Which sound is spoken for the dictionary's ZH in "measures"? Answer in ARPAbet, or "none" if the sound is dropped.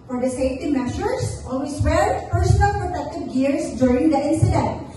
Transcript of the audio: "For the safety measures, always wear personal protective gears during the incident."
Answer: SH